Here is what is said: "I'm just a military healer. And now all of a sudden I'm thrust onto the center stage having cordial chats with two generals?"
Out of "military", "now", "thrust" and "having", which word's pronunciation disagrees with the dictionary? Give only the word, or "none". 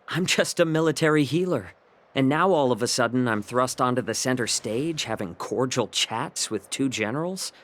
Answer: none